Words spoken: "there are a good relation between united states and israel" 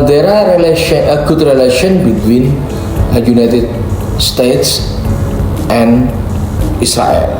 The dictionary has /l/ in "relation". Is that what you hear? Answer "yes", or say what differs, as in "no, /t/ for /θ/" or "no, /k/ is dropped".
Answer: yes